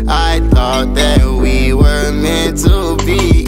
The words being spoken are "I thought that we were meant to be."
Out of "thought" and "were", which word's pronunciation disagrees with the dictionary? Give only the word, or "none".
none